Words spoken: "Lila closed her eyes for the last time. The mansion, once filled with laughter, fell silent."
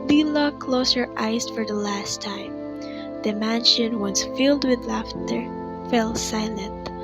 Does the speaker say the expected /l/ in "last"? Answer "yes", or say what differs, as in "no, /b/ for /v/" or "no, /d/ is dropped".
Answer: yes